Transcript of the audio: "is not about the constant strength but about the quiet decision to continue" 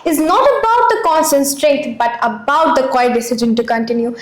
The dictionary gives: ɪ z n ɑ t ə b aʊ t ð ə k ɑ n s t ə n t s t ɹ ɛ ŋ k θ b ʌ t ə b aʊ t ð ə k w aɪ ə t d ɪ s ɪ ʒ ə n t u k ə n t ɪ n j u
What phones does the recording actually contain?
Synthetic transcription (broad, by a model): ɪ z n ɑ t ə b aʊ t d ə k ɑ n s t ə n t s t ɹ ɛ ŋ k t b ʌ t ə b aʊ t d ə k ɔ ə d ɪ s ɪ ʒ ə n t u k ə n t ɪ n j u